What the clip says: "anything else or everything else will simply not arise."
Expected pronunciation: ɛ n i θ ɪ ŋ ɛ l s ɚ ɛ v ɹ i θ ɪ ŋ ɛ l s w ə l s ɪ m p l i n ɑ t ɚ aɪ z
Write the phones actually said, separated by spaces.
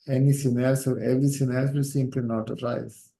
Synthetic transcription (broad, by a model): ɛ n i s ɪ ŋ ɛ l s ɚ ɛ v ɹ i s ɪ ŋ ɛ l s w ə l s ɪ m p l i n ɑ t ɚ aɪ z